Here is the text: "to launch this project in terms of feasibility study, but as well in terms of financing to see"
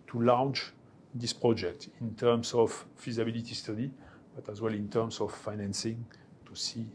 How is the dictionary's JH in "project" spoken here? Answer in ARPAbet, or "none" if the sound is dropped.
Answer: JH